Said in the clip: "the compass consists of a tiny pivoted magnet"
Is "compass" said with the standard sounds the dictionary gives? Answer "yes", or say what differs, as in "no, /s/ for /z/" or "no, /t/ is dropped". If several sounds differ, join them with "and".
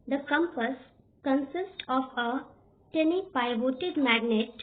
yes